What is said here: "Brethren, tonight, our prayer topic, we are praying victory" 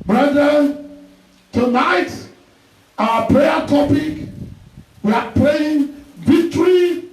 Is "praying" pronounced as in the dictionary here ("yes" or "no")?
no